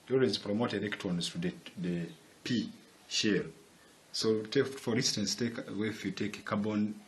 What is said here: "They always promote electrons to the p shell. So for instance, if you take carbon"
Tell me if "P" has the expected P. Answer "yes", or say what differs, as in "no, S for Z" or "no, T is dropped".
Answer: yes